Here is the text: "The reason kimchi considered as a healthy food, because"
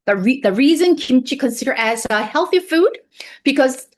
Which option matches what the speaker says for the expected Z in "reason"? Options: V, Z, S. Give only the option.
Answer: Z